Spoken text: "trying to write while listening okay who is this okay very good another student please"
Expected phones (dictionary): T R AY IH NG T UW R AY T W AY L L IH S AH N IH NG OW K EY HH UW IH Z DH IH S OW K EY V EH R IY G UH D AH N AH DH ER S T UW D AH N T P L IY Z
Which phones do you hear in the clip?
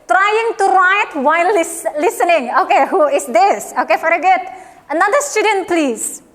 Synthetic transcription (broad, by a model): T R AY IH NG T UW R AY T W AY L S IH S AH N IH NG OW K EY HH UW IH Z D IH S OW K EY F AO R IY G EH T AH N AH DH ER S T UW D AH N T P L IY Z